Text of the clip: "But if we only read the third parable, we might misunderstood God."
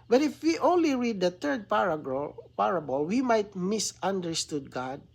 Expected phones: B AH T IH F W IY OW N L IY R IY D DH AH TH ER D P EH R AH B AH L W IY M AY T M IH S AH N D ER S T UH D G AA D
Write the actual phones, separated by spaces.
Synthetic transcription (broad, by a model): B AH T IH F W IY OW N L IY R IY D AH T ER D P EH R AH B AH L W IY M AY T M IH S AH N D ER S T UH D G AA D